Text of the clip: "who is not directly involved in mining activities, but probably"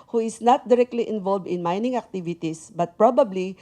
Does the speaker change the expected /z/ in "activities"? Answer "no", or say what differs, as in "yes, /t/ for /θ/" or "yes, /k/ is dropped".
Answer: yes, /s/ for /z/